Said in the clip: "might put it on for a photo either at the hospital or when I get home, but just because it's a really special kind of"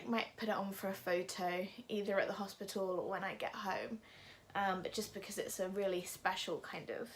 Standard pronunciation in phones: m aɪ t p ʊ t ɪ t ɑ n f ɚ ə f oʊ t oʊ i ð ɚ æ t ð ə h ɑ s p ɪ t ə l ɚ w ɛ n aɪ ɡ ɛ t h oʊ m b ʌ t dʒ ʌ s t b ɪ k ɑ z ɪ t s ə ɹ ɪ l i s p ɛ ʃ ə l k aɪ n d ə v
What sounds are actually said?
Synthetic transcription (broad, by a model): m aɪ t p ʊ t ɪ t n f ɚ ə f oʊ t oʊ i ð ɚ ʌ t ð ə h ɑ s p ɪ t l l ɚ w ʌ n aɪ ɡ ɛ t h oʊ m b ʌ t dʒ ʌ s b ɪ k ɑ z ɪ t s ə ɹ ɪ l i s p ɛ ʃ ə l k aɪ n d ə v